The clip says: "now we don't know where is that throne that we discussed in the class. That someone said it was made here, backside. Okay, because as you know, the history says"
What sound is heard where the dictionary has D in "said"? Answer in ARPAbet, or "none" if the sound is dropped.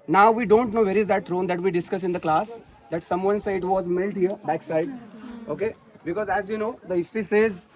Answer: none